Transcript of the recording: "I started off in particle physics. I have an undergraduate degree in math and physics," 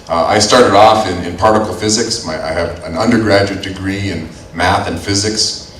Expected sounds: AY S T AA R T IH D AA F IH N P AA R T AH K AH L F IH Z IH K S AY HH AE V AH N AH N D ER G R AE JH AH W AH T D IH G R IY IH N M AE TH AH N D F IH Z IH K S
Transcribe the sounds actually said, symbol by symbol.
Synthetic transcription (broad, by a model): AY S T AA R T IH D AA F IH N P AA R T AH K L F IH Z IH K S AY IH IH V AH N AH N D ER G R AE JH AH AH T D IH G R IY IH N M AE TH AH N F IH Z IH K S